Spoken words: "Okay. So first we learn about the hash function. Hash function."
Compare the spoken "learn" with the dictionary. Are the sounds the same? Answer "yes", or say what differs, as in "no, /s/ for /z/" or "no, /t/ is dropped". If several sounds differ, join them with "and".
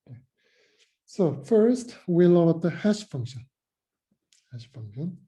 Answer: no, /n/ is dropped